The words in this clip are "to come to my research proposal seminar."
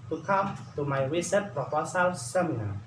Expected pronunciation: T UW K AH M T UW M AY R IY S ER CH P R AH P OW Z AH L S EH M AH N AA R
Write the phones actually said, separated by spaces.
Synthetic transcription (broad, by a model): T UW K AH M T UW M AY W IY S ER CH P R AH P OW S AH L S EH M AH N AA